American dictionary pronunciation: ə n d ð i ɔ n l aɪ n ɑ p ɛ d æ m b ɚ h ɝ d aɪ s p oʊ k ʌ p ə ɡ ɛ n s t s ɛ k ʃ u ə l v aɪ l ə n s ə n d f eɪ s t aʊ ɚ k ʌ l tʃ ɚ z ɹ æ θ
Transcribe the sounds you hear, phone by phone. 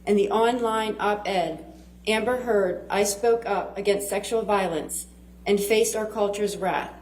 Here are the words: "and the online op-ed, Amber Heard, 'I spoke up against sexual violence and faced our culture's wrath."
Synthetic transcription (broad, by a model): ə n ð i ɔ n l aɪ n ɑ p ɛ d æ m b ɚ h ɝ d aɪ s p oʊ k ʌ p ə ɡ ɛ n s t s ɛ k ʃ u l v aɪ l ə n s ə n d f eɪ s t aʊ ɚ k ʌ l tʃ ɚ z ɹ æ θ